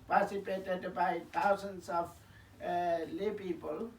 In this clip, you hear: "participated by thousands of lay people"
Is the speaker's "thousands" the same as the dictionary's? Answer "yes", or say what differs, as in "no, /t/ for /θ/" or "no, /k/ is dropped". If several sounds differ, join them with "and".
no, /t/ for /θ/